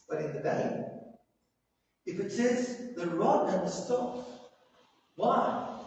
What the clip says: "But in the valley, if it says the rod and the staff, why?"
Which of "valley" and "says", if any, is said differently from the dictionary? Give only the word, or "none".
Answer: valley